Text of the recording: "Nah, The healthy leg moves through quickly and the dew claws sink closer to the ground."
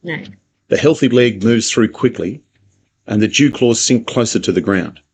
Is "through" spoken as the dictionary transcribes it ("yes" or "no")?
yes